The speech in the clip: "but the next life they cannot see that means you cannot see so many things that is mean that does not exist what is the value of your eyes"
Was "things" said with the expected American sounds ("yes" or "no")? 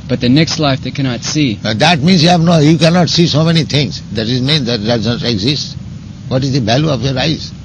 no